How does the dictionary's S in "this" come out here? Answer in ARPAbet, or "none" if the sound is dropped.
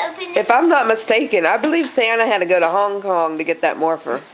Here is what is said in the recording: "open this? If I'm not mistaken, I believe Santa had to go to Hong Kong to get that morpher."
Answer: none